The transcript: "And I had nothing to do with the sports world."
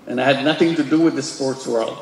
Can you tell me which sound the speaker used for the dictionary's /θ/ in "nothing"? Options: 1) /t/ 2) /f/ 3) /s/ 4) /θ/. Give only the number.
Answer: 4